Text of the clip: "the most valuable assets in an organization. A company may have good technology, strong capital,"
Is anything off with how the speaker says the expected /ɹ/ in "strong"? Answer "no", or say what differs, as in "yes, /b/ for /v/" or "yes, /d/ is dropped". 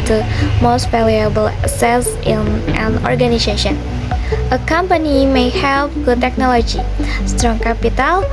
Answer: no